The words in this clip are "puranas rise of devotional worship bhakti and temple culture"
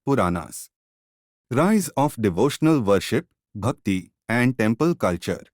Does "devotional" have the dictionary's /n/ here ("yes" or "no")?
yes